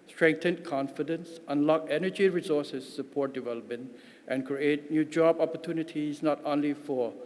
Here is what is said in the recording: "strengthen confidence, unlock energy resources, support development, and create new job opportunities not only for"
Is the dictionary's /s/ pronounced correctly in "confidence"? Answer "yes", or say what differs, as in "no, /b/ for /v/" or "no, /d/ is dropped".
yes